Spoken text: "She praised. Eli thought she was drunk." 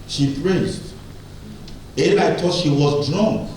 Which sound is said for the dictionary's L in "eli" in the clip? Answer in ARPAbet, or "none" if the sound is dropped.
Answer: N